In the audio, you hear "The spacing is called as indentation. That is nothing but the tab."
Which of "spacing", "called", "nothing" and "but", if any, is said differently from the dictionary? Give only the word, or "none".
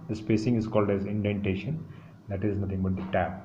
nothing